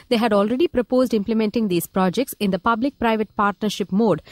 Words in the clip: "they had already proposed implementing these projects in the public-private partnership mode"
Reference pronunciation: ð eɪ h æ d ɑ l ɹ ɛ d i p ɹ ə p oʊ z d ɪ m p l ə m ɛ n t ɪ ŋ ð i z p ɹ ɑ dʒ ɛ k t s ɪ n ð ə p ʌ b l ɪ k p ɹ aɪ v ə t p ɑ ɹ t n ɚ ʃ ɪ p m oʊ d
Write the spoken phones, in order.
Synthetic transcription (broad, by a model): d eɪ h æ d ɑ l ɹ ɛ d i p ɹ ə p oʊ z d ɪ m p l ə m ɛ n t ɪ ŋ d i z p ɹ ɑ dʒ ɛ k t s ɪ n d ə p ʌ b l ɪ k p ɹ aɪ v ə t p ɑ ɹ t n ɚ ʃ ɪ p m oʊ d